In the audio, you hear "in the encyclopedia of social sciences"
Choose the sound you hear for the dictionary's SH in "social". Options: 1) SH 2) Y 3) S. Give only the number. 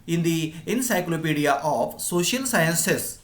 1